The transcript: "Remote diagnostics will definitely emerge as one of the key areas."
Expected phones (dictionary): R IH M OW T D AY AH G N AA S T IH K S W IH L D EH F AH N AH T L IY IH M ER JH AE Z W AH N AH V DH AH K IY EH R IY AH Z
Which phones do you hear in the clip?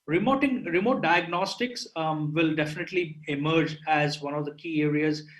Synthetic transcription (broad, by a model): R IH M OW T D AY AH G N AA S T IH K S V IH L D EH F AH N AH T L IY IH M ER JH AE Z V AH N AH V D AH K IY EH R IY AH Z